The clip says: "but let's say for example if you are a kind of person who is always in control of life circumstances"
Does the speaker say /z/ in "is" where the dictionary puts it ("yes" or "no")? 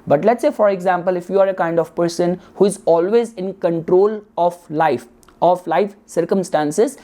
yes